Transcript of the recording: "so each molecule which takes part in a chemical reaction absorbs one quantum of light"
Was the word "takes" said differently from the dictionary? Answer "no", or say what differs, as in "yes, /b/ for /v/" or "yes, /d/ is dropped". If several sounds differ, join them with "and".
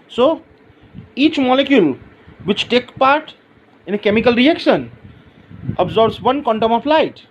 yes, /s/ is dropped